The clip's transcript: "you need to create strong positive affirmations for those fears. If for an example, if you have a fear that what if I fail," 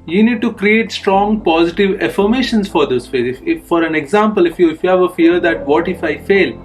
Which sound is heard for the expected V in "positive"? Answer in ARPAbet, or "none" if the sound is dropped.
V